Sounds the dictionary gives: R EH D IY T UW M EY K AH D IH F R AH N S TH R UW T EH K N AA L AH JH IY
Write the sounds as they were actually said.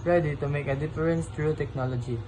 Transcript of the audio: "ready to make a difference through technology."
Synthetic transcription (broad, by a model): R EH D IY T UW M EY K AH D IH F R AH N S T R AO T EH K N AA L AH JH IY